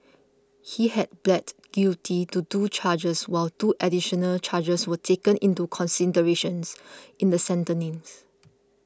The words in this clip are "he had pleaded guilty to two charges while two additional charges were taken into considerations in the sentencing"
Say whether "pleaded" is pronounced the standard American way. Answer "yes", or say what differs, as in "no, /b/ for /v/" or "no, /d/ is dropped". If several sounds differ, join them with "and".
no, /b/ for /p/